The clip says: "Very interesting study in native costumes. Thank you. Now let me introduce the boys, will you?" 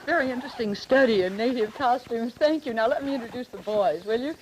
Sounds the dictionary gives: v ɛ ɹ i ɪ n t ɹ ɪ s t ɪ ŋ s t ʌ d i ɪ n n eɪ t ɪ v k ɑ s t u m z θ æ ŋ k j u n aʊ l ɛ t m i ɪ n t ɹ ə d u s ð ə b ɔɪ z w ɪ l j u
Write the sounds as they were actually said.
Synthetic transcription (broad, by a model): v ɛ ɹ i ɪ n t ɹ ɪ s t ɪ ŋ s t ʌ d i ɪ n n eɪ t ɪ v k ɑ s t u m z θ æ ŋ k j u n aʊ l ɛ t m i ɪ n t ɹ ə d u s ð ə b ɔɪ z w ɪ l j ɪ